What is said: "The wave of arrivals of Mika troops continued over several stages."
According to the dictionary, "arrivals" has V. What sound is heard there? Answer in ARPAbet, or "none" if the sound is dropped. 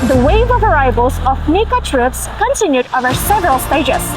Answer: B